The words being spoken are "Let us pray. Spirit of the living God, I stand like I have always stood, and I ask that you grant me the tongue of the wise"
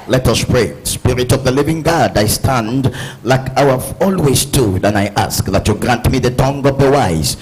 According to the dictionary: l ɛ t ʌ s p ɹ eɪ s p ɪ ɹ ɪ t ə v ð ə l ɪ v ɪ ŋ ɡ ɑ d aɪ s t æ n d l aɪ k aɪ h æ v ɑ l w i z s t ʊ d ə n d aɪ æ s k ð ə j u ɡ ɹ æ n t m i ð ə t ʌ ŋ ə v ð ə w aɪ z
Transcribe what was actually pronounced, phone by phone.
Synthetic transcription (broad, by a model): l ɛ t ʌ s p ɹ eɪ s p ɪ ɹ ɪ t ə v ð ə l ɪ v ɪ ŋ ɡ ɑ d aɪ s t æ n d l aɪ k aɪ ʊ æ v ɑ l w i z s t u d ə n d aɪ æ s k ð ə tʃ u ɡ ɹ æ n t m i ð ə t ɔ ŋ ə v ð ə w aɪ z